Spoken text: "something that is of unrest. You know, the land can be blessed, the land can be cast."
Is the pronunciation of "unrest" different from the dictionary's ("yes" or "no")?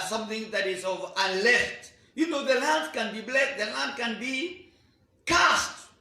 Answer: yes